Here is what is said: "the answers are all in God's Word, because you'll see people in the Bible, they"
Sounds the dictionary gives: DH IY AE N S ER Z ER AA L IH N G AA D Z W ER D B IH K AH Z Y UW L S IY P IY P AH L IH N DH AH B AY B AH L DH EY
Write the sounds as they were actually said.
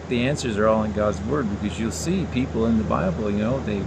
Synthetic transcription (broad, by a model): DH IY AE N S ER Z ER AA L IH N G AA D Z W ER D B IH K AH Z Y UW L S IY P IY P L IH N DH AH B AY B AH N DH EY